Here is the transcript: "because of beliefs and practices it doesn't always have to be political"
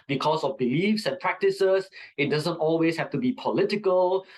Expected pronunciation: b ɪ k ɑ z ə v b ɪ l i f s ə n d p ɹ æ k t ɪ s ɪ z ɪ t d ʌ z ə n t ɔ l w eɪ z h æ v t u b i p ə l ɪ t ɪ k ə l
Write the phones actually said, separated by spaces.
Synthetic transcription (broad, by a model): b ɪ k ɑ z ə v b ɪ l i f s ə n p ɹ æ k t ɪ s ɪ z ɪ t d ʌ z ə n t ɔ l w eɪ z h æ f t u b i p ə l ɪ t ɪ k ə l